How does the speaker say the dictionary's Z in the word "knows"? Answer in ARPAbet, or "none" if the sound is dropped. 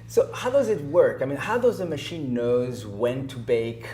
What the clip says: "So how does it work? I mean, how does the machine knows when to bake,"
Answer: Z